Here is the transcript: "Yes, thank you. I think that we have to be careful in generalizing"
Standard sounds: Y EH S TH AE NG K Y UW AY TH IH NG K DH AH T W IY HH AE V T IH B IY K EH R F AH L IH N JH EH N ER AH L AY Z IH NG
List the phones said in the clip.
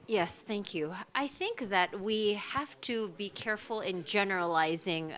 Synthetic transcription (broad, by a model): Y EH S TH AE NG K Y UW AY TH IH NG K DH AH T W IY HH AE F T IH B IY K EH R F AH L IH N JH EH N ER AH L AY Z IH NG